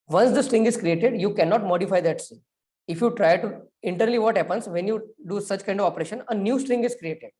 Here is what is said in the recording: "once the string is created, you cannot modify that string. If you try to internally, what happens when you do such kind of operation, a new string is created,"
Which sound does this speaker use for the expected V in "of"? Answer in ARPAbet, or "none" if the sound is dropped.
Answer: V